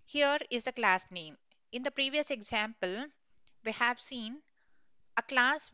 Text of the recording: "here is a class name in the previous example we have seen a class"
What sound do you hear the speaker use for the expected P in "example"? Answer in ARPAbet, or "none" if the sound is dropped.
P